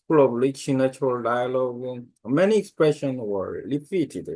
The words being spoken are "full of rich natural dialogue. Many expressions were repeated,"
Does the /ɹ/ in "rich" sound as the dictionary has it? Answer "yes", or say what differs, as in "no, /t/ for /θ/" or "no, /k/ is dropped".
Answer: no, /l/ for /ɹ/